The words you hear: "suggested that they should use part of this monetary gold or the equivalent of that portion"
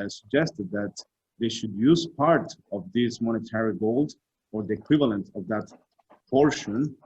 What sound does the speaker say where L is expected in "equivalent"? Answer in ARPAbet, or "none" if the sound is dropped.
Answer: L